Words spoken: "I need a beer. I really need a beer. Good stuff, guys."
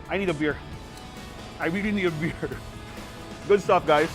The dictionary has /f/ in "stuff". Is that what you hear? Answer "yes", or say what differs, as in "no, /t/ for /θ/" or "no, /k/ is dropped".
no, /p/ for /f/